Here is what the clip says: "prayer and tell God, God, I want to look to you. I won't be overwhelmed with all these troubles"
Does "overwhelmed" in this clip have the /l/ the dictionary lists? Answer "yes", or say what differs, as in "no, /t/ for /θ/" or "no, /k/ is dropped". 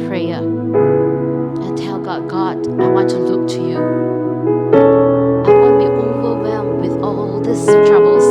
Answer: no, /l/ is dropped